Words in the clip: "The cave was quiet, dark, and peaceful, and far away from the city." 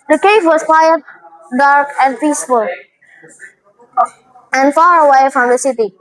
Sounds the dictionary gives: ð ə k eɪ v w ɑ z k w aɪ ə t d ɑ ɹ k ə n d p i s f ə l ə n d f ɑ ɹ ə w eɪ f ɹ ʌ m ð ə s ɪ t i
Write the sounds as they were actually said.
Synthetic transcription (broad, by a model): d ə k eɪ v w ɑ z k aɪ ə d d ɑ ɹ k ə n d p i s f ə l ə n d f ɑ ɹ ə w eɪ f ɹ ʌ m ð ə s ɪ t i